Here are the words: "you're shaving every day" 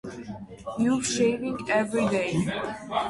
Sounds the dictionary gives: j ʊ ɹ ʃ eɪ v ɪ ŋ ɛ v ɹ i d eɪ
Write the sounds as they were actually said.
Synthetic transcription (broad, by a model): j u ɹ ʃ eɪ v ɪ ŋ ɛ v ɹ i d eɪ